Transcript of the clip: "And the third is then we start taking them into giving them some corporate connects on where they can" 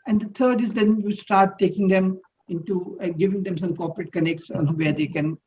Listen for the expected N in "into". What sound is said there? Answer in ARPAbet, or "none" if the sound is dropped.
N